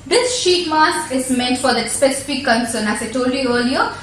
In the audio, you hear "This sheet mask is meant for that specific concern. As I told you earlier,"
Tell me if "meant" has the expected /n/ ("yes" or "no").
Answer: yes